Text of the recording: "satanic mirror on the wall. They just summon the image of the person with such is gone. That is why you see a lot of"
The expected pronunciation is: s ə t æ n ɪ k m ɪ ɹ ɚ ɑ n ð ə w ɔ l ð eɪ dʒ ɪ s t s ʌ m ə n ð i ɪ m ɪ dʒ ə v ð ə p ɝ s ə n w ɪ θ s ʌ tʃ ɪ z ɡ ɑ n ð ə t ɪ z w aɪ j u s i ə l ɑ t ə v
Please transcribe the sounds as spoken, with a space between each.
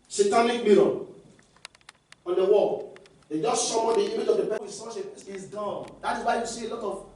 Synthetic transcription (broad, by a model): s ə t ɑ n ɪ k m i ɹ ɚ ɑ n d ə w ɔ l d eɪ dʒ ɪ s t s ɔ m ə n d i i m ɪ dʒ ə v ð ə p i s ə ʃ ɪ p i s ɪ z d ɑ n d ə t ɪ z w aɪ j u s i ə l ɑ t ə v